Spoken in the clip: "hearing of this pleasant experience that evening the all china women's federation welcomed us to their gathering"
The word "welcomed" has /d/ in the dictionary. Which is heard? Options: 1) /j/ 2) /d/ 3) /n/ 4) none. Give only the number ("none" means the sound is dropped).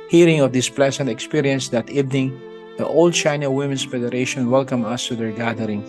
4